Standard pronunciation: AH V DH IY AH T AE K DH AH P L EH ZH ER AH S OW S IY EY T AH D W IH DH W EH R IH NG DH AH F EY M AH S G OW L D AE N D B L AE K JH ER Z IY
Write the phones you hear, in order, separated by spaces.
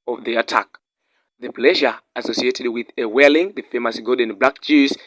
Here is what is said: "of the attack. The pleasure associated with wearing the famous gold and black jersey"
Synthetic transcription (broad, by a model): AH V DH IY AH T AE K DH AH P L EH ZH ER AH S OW S IY EY T AH D W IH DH W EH L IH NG DH AH F EY M AH S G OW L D N B L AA K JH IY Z